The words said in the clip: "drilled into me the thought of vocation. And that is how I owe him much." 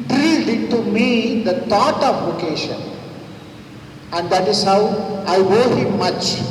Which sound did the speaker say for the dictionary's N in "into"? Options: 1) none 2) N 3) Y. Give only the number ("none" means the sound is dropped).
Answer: 1